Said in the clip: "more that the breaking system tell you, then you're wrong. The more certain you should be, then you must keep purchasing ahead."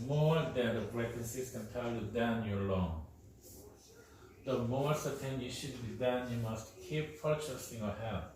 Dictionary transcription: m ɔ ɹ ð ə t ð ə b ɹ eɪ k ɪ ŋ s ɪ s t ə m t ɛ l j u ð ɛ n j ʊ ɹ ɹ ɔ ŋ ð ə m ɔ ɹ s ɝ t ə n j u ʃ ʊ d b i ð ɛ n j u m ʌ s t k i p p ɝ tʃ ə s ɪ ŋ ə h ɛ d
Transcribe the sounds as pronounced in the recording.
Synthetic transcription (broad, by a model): m ɔ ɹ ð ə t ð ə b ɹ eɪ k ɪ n s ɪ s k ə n t ɛ l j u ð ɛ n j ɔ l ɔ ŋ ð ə m ɔ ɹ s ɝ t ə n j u ʃ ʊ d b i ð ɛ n j u m ʌ s t k i p p ɝ tʃ ə s ɪ ŋ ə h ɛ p